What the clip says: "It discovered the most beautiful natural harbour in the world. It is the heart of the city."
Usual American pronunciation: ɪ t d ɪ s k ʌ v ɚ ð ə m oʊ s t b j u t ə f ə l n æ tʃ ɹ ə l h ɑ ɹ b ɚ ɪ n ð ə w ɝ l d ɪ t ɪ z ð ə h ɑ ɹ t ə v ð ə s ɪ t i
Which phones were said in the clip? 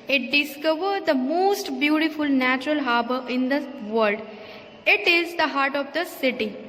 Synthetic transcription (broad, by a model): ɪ t d ɪ s k ʌ v ɚ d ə m oʊ s t b j u t ə f ə l n æ tʃ ɹ ə l h ɑ ɹ b ɚ ɪ n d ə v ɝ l d ɪ t ɪ z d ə h ɑ ɹ t ə v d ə s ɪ t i